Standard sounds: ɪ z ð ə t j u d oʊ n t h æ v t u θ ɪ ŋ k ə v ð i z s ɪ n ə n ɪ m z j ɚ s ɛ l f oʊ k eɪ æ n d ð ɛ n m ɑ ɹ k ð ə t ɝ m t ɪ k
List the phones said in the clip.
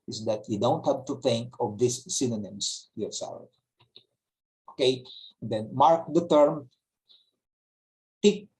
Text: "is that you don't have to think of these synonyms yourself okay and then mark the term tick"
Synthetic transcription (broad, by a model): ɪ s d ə t j u d oʊ n t h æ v t u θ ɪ ŋ k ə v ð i s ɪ n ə n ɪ m s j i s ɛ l oʊ k eɪ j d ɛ n m ɑ ɹ k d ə t ɝ m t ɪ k